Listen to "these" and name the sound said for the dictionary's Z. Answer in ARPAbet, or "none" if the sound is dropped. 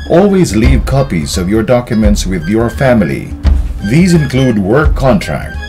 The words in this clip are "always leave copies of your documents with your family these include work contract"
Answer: Z